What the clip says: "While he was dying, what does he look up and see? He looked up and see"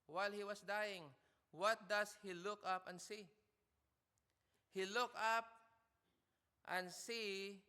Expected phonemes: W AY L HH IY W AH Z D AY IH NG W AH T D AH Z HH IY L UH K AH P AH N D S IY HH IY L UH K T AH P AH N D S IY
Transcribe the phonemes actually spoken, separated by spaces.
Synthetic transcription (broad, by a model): W AY L HH IY W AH S D AY IH NG W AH T D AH S HH IY L UH K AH P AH N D S IY HH IY L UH K AH P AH N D S IY